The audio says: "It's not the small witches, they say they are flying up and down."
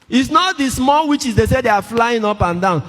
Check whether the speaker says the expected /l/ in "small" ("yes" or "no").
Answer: yes